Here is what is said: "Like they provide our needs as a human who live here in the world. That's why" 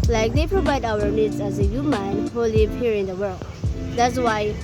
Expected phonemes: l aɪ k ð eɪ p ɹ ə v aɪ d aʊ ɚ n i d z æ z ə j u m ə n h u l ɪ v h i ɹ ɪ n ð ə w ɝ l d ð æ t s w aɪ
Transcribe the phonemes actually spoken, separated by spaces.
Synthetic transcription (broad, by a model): l aɪ k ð eɪ p ɹ ə v aɪ d aʊ ɚ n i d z æ z ə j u m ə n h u l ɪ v h i ɹ ɪ n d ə w ɝ l d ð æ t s w aɪ